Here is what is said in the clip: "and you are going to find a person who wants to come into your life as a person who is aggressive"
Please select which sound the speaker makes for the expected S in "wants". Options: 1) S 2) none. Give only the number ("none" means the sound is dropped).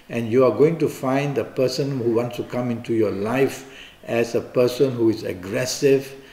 1